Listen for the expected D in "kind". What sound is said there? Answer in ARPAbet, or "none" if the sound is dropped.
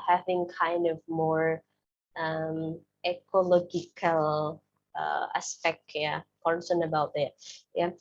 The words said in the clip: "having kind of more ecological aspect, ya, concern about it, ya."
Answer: D